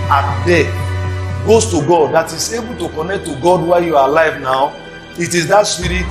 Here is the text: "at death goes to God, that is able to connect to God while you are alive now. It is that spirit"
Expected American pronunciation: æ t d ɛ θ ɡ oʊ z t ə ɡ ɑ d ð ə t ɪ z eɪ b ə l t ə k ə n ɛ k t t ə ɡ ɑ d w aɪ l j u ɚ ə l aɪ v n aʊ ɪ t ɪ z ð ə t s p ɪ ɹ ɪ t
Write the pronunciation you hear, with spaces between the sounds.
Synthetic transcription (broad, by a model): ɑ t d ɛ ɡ oʊ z t ə ɡ ɑ d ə t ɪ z eɪ b ə l t ə k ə n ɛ k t t ə ɡ ɑ d w aɪ j u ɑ ə l aɪ v n aʊ ɪ t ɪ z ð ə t s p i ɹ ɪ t